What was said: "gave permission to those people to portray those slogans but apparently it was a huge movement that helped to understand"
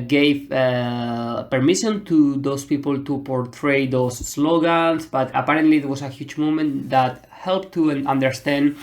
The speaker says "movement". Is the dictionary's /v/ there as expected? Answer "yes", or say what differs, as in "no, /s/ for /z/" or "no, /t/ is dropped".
no, /v/ is dropped